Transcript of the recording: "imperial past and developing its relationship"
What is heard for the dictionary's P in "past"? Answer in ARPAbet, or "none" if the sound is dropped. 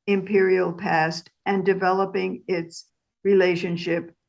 P